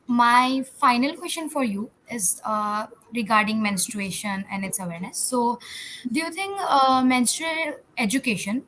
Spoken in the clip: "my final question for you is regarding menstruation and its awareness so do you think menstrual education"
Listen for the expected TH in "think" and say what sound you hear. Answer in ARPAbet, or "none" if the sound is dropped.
T